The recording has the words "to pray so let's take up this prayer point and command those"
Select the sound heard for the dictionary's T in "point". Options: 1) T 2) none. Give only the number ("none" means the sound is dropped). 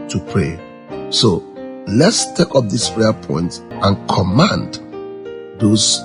1